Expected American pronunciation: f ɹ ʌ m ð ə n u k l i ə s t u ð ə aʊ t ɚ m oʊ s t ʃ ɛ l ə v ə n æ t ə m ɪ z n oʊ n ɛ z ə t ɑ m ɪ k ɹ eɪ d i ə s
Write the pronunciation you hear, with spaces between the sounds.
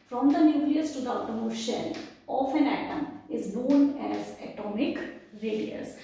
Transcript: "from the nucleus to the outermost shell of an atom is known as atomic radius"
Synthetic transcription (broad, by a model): f ɹ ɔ m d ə n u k l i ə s t u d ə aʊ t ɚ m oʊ t ʃ ɛ l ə f ə n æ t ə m ɪ z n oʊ n ɛ z ə t ɑ m ɪ k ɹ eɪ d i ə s